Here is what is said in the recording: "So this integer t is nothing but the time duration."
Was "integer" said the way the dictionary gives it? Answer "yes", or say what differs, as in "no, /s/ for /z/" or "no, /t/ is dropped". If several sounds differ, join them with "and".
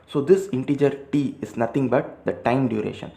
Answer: yes